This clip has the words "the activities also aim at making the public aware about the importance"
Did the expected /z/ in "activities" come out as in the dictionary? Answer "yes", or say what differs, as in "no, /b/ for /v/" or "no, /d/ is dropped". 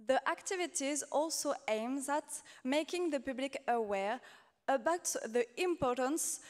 yes